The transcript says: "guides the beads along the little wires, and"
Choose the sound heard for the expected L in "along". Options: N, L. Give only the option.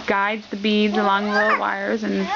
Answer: L